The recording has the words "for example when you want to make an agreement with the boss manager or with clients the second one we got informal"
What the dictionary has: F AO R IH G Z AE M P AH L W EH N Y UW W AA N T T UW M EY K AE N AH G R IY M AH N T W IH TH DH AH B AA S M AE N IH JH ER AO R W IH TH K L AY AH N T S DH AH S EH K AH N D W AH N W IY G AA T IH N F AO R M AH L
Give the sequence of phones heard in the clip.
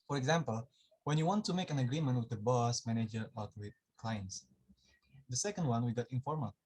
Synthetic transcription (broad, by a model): F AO R IH G Z AE M P AH L W EH N Y UW W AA N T T UW M EY K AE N AH G R IY M AH N T W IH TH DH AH B AA S M AE N IH JH ER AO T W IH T K L AY AH N T S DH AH S EH K AH N D W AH N W IY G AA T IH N F AO R M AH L